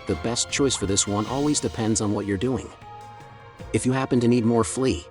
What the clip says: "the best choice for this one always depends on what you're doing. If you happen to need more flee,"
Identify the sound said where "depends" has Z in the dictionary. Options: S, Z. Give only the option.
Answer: Z